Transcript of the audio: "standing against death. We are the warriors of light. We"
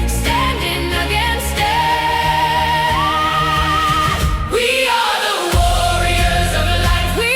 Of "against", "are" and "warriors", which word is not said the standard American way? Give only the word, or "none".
none